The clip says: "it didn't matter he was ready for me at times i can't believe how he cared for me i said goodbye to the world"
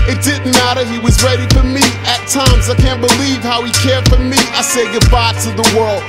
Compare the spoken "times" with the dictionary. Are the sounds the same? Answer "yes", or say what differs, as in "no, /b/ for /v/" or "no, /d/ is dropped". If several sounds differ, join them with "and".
yes